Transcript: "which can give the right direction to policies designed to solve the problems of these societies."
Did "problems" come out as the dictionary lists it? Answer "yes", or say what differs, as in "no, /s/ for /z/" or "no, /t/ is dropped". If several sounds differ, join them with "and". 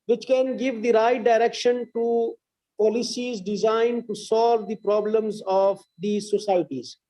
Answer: yes